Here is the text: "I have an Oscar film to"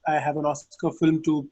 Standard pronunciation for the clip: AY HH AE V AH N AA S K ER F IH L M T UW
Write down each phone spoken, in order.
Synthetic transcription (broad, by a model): AY HH AE V AH N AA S K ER F IH L M T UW